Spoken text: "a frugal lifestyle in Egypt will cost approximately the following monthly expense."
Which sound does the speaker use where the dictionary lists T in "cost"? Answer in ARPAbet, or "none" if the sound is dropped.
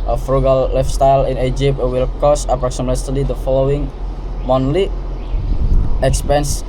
none